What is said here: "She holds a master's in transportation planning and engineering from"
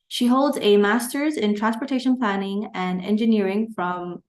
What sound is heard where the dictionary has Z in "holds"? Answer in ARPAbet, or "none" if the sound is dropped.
Z